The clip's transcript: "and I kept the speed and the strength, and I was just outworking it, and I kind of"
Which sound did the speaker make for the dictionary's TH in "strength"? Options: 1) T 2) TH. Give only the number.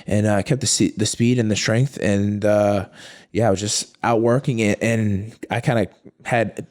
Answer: 2